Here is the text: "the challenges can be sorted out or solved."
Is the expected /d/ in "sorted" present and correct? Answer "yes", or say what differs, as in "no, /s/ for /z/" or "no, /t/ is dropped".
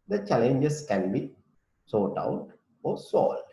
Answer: no, /d/ is dropped